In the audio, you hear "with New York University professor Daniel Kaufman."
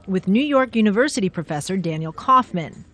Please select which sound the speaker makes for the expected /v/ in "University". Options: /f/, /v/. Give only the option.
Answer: /v/